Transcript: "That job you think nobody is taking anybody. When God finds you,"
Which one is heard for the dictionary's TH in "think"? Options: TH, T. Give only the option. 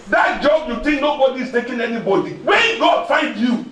T